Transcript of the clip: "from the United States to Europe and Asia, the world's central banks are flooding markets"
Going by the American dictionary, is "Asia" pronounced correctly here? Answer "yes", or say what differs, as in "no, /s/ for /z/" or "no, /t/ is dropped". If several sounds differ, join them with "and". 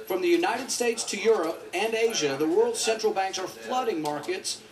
yes